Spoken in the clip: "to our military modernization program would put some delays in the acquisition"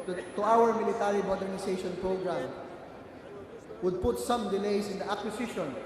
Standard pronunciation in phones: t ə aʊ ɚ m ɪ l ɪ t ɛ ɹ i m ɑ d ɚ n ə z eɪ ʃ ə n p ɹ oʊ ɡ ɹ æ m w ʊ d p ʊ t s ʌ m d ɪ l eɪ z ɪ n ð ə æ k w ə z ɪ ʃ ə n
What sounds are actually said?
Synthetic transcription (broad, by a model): t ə aʊ ɚ m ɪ l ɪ t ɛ ɹ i m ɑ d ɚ n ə s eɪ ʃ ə n p ɹ oʊ ɡ ɹ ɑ m w ʊ d p ʊ t s ʌ m d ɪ l eɪ s ɪ n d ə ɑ k w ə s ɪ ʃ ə n